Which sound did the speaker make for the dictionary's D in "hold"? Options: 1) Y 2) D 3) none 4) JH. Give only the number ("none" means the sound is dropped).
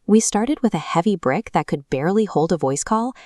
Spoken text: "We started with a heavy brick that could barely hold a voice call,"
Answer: 2